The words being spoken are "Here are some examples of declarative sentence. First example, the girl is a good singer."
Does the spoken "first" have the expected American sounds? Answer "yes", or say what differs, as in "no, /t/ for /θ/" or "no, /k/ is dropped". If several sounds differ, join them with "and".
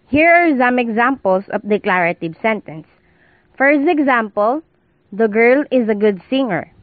no, /t/ is dropped